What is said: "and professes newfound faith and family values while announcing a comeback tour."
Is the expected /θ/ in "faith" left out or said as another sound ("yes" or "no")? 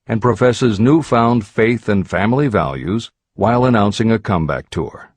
no